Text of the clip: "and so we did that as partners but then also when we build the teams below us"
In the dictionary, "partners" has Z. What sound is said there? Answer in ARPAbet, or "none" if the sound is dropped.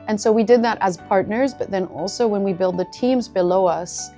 Z